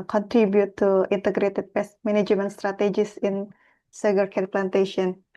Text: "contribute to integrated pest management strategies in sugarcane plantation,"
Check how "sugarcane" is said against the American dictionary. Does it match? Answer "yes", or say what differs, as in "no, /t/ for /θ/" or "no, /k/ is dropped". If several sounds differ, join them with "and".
no, /s/ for /ʃ/